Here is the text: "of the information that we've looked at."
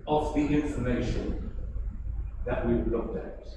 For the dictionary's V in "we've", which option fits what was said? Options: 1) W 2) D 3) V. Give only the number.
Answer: 1